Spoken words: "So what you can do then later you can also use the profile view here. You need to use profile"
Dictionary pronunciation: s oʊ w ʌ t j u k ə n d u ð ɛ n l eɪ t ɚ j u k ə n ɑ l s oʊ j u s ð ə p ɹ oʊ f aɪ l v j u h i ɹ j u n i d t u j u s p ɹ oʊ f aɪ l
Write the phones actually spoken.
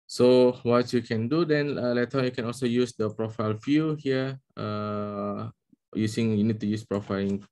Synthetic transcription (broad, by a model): s oʊ w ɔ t j u k ə n d u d ɛ n l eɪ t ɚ j u k ə n ɑ l s oʊ j u s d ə p ɹ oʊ f aɪ l f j u h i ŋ j u n i d t u j u s p ɹ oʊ f aɪ l